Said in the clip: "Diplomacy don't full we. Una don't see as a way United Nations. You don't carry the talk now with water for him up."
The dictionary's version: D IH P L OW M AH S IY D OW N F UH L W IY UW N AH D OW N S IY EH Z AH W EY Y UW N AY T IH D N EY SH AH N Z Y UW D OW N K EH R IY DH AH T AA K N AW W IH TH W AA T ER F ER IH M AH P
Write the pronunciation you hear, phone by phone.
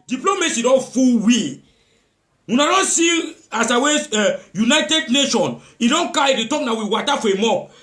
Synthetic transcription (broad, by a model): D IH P L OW M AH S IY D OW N F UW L W IY UW N AH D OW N S IY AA S AH W EY Y UW N AY T IH D N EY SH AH N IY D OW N K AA IY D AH T AA K N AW W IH W AA T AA F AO IH M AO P